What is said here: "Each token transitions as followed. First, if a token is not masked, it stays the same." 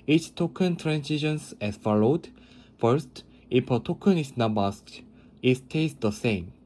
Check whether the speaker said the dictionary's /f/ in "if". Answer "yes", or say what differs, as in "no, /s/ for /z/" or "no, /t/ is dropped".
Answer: no, /p/ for /f/